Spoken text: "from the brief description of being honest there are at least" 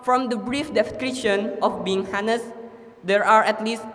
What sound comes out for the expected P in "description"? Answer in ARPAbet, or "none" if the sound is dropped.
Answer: none